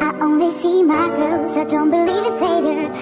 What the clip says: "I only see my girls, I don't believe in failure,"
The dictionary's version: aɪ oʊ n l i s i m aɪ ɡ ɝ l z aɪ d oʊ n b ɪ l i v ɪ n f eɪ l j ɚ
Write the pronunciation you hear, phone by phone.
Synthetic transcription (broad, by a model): aɪ oʊ n l i s i m aɪ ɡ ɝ z aɪ d oʊ n b ɪ l i v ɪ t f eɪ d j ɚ